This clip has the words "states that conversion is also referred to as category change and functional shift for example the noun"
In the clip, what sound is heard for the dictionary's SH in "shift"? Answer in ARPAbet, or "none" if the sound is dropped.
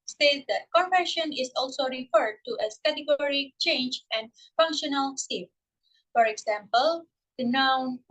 S